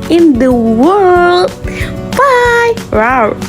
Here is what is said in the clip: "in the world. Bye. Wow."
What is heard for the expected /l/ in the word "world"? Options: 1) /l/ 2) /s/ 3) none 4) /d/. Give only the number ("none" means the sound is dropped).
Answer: 1